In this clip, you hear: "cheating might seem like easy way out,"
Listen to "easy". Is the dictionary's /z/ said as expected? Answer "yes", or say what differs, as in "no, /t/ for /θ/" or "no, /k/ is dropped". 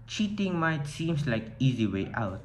yes